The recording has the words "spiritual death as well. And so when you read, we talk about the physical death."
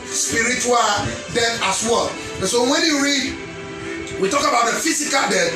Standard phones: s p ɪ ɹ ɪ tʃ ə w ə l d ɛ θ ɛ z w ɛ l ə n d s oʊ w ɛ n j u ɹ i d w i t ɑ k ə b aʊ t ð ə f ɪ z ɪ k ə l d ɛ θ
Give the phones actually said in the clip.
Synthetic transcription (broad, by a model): s p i ɹ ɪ tʃ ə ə l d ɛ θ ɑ s w ɛ l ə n s oʊ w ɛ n j u ɹ i d w i t ɑ k ə b aʊ t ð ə f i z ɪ k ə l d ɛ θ